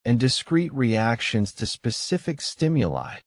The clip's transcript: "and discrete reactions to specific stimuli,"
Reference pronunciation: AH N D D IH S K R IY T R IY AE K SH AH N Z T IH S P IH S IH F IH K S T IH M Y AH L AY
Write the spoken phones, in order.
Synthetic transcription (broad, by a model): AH N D D IH S K R IY T R IY AE K SH AH N Z T IH S P IH S IH F IH K S T IH M Y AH L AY